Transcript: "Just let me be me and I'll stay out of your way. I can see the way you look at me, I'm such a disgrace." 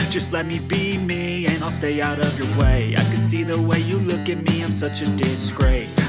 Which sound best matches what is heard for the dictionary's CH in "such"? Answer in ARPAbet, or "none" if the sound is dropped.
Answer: CH